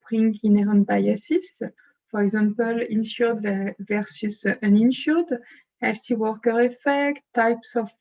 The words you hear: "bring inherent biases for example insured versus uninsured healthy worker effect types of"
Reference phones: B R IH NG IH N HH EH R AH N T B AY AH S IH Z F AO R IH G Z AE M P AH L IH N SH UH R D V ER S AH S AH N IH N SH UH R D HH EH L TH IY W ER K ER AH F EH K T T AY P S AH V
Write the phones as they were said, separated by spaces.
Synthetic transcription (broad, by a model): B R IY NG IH N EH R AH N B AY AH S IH S F AO R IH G Z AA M P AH L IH N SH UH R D V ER S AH S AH N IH N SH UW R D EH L S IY W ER K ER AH F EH K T T AY P S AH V